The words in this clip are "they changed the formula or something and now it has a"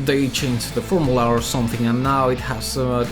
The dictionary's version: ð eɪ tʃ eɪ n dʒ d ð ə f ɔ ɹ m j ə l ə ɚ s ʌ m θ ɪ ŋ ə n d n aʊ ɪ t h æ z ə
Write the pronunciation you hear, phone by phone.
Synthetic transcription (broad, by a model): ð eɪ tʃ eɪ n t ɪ ð ə f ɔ ɹ m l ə ə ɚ s ʌ m θ ɪ ŋ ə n n aʊ ɪ t h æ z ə